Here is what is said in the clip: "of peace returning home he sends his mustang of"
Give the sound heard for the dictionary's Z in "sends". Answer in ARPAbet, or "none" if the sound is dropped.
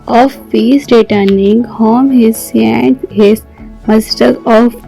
none